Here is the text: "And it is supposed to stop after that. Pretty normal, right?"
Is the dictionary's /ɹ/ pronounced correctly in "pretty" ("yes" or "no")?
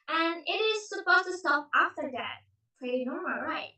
no